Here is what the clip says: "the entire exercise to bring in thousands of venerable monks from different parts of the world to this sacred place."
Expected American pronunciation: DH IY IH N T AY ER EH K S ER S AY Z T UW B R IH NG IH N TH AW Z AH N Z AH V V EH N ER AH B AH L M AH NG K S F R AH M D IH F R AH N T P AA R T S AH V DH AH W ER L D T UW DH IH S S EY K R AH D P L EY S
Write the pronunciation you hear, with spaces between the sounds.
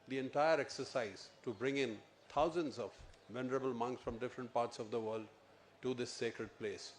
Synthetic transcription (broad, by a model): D IY IH N T AY ER EH K S ER S AY Z T UW B R IH NG IH N T AW Z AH N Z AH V V EH N ER AH B AH L M AH NG K S F R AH M D IH F R AH N T P AA R T S AH V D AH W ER L D T UW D IH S S EY K R AH D P L EY S